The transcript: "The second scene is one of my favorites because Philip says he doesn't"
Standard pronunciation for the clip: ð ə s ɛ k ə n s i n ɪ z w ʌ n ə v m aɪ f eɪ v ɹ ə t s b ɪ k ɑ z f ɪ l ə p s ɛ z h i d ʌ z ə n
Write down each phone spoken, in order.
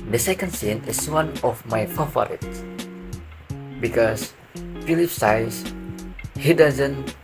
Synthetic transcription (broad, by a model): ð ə s ɛ k ə n s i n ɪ s w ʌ n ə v m aɪ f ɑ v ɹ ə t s b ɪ k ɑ s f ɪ l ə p s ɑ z h i d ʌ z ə n